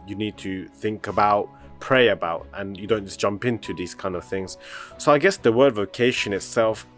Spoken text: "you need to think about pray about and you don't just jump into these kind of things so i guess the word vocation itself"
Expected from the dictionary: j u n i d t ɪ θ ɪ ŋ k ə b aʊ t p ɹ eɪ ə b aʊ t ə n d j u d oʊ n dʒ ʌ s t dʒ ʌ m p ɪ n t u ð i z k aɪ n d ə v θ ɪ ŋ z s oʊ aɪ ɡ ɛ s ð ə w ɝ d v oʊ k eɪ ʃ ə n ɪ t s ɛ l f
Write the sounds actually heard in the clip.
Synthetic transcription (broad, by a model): j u n i d t ɪ θ ɪ ŋ k ə b aʊ t p ɹ eɪ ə b aʊ t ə n j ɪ d oʊ n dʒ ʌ s dʒ ʌ m p ɪ n t u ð i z k aɪ n d ə v θ ɪ ŋ z s oʊ aɪ ɡ ɛ s ð ə w ɝ d v oʊ k eɪ ʃ ə n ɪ t s ɛ l f